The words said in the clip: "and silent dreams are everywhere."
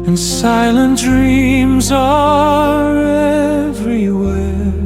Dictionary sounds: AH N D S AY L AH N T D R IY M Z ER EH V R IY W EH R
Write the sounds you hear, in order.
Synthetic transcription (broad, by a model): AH N S AY L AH N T D R IY M Z ER EH V R IY W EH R